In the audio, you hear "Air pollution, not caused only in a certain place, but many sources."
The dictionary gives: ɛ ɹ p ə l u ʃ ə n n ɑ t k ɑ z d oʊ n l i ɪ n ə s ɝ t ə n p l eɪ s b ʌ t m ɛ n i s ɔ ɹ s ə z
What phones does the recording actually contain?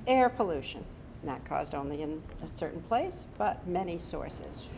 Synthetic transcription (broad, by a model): ɛ ɹ p ə l u ʃ ə n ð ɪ t k ɑ z d oʊ n l i ɪ n ə s ɝ t n p l eɪ s b ʌ t m ɛ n i s ɔ ɹ s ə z